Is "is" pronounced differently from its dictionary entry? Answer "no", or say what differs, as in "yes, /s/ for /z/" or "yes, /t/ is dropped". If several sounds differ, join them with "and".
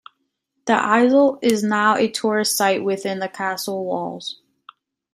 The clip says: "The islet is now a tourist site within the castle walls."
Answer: no